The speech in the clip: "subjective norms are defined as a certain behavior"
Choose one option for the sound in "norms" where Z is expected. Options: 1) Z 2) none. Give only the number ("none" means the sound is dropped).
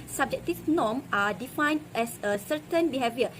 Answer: 2